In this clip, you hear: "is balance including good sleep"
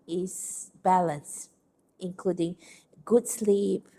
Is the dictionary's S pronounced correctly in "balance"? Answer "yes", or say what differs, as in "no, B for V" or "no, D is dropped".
yes